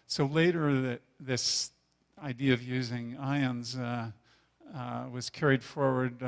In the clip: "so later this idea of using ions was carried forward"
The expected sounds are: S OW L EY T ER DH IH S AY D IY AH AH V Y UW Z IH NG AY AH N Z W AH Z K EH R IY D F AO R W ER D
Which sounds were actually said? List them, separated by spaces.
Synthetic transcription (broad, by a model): S OW L EY T ER DH IH S AY D IY AH AH V Y UW Z IH NG AY AH N Z W AH Z K EH R IY D F AO R W ER D